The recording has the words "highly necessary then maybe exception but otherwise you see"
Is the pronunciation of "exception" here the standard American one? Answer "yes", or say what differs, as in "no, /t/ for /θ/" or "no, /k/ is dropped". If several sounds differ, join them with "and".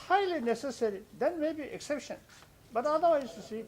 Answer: yes